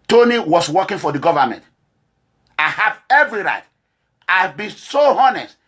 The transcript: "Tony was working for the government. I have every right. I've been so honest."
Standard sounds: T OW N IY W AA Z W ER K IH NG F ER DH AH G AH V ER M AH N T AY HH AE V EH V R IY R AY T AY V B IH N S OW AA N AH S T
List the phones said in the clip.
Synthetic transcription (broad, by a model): T OW N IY W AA S W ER K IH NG F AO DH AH G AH V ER M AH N T AY HH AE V EH V R IY R AY T AY V B IH N S OW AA N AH S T